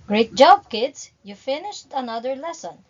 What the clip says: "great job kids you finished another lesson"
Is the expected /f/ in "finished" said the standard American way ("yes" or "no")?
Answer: yes